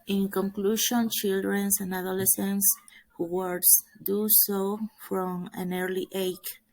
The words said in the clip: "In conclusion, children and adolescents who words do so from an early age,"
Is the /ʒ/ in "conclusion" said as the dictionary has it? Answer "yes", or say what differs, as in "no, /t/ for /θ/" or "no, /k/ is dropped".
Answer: no, /ʃ/ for /ʒ/